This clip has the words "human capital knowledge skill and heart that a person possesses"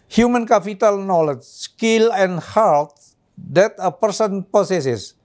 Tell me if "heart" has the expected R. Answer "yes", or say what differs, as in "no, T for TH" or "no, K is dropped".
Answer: no, L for R